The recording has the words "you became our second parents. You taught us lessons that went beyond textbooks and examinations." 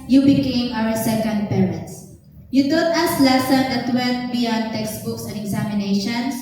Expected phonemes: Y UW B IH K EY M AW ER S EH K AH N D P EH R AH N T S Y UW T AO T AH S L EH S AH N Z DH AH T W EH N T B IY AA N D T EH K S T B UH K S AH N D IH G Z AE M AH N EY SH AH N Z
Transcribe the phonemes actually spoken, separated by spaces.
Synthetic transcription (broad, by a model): Y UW B IH K EY M AW ER S EH K AH N D P EH R AH N T S Y UW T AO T AH S L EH S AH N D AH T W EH L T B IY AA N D T EH K S T B UH K S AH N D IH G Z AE M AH N EY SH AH N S